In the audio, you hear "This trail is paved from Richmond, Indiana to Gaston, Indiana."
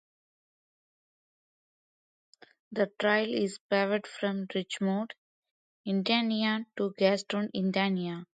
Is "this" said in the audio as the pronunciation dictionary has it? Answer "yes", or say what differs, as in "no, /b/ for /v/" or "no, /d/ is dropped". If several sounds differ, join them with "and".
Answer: no, /s/ is dropped